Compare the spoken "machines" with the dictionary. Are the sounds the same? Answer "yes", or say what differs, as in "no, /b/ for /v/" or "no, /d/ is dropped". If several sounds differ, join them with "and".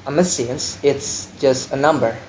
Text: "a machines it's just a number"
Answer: no, /s/ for /ʃ/